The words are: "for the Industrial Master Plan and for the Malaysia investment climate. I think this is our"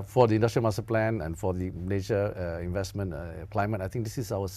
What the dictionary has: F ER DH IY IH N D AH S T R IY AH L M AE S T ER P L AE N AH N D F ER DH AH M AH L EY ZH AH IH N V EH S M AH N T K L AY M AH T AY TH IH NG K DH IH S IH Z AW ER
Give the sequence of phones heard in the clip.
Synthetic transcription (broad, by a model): F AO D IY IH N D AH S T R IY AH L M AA S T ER P L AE N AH N F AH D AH N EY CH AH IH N V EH S M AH N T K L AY M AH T AY T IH NG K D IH S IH S AW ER